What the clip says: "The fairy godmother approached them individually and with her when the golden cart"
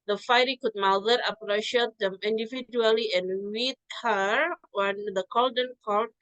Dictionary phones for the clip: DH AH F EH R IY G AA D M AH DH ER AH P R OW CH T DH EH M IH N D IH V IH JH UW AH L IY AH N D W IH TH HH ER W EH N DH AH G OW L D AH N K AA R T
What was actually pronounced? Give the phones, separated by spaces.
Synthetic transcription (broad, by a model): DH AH F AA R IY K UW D M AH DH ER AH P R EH SH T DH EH M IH N D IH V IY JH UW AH L IY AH N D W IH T HH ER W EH N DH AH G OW L D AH N K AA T